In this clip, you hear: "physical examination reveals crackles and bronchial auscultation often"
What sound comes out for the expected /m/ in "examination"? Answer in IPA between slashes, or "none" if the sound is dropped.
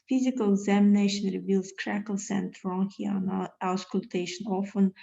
/m/